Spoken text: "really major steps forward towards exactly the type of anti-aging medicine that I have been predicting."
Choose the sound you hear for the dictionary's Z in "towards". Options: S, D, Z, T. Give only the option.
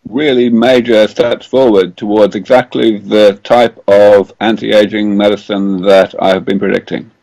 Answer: Z